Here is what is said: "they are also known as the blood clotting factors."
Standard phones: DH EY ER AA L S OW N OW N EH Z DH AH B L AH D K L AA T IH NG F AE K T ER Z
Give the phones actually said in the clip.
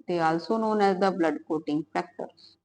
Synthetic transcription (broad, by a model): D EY AA L S OW N OW N EH Z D AH B L AH D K AO T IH NG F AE K T ER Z